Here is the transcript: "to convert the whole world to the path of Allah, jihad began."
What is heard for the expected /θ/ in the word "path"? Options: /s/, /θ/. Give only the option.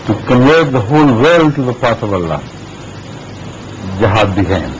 /s/